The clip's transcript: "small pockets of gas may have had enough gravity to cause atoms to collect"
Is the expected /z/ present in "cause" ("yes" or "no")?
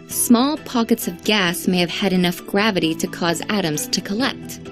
yes